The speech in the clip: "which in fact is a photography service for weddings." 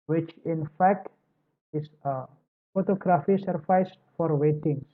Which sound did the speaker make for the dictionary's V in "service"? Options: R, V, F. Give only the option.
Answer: F